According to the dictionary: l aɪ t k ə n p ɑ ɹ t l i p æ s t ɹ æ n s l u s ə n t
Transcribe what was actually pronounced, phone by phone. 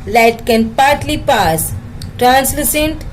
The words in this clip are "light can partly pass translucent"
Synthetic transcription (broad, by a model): l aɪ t k ə n p ɑ ɹ t l i p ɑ s t ɹ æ n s l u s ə n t